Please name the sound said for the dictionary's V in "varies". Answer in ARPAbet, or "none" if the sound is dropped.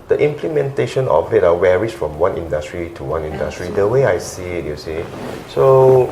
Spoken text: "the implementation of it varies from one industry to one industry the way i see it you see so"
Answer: W